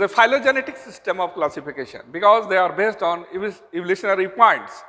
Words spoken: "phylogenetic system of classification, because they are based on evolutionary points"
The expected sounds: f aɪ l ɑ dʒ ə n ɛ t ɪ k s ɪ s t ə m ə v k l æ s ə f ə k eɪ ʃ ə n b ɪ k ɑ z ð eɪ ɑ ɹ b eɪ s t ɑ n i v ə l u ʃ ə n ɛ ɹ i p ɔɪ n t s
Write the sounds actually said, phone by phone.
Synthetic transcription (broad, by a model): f aɪ l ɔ dʒ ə n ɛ t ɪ k s ɪ s t ə m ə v k l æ s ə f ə k eɪ ʃ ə n b ɪ k ɑ z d eɪ ɑ ɹ b eɪ s t ɑ n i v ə l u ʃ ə n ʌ ɹ i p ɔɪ n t s